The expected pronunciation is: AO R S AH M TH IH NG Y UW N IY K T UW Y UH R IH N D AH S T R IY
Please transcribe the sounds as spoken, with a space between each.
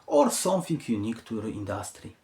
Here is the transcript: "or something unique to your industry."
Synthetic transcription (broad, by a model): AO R S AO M F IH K Y UW N IY K T UW R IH N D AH S T R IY